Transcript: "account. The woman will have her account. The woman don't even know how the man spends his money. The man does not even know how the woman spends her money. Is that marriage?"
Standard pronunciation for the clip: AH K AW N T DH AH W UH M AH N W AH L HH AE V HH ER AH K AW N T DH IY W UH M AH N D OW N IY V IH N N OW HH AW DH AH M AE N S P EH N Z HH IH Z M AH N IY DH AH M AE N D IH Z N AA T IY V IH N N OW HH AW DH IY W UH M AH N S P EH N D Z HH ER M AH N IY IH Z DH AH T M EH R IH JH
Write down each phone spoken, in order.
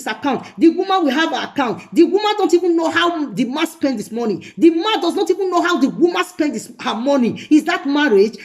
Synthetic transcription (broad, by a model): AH K AW N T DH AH W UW M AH N W AH L HH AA V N AH K AW N T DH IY W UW M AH N D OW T IY V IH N N OW HH AW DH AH M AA N S P EH N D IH S M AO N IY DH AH M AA N D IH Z N AA T IY V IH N N OW HH AW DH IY W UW M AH N S P EH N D S HH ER M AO N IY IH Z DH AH T M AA R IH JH